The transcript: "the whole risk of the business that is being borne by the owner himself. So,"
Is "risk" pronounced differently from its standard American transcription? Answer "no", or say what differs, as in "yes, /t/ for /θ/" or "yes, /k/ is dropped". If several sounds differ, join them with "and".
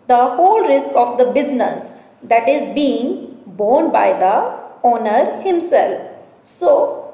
no